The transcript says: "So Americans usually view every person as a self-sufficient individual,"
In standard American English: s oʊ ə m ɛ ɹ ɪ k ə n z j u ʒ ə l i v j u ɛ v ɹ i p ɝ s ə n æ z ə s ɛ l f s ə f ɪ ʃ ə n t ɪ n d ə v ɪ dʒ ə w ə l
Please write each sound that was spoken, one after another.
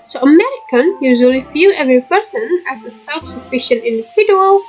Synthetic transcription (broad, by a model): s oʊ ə m ɛ ɹ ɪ k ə n j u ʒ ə l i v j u ɛ v ɹ i p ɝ s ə n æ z ə s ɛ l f s ə f ɪ ʃ ə n t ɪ n d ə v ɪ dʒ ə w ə l